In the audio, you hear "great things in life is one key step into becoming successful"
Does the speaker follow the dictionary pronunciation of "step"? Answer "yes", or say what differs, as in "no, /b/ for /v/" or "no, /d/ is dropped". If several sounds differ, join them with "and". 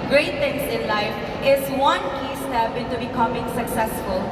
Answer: no, /b/ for /p/